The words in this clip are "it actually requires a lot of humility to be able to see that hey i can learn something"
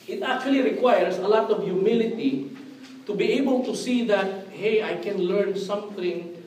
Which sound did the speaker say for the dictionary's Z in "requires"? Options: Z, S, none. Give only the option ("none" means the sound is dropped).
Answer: S